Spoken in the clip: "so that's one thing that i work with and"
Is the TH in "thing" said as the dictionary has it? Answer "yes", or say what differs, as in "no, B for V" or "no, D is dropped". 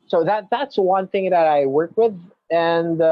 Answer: yes